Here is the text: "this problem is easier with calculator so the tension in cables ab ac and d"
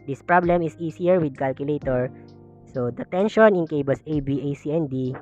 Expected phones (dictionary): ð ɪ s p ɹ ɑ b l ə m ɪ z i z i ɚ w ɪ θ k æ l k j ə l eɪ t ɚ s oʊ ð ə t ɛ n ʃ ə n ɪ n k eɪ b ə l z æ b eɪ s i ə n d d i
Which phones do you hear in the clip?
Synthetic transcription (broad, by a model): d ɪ s p ɹ ɑ b l ə m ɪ s i s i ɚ w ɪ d k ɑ l k j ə l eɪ t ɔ s oʊ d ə t ɛ n ʃ ə n ɪ n k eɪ b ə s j b eɪ s i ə n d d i